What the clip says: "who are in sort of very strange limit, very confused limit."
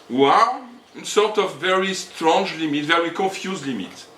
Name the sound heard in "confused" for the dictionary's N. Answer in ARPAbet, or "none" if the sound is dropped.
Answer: none